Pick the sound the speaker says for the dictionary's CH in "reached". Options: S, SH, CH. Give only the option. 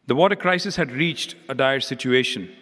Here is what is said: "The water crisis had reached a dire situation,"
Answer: CH